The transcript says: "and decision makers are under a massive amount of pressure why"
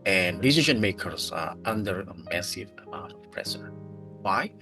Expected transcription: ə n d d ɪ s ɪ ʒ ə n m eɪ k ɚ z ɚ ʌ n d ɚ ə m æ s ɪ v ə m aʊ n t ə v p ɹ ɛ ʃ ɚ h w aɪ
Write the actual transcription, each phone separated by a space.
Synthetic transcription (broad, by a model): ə n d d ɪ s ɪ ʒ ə n m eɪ k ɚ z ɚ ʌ n d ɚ ə m æ s ɪ v ə m aʊ n t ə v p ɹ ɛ s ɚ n w aɪ